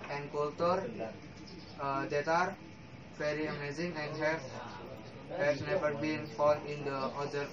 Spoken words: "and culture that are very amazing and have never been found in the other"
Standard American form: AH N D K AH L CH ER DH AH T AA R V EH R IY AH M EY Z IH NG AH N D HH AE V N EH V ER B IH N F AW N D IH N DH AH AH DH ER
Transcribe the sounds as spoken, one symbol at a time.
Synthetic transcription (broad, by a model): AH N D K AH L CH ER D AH T AA R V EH R IY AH M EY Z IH NG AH N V HH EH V N EH V ER B IH N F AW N IH N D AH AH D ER